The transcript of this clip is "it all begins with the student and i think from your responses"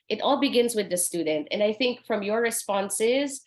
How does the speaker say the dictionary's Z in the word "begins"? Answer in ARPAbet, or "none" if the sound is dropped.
Z